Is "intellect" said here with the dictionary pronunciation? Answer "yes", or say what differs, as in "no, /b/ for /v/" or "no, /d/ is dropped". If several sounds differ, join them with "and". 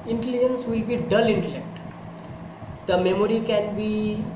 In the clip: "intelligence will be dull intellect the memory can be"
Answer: yes